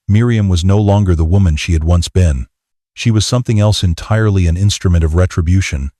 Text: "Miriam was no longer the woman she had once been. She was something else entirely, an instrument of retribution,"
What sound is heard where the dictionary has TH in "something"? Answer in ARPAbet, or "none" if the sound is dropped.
TH